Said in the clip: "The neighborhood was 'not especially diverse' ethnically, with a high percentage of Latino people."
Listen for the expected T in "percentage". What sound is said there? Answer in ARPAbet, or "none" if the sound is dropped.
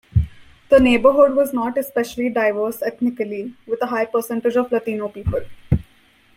T